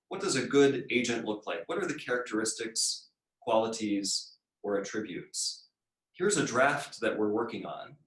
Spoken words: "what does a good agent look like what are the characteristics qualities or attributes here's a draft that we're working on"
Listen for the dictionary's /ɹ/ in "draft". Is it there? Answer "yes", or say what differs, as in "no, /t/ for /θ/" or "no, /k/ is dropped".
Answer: yes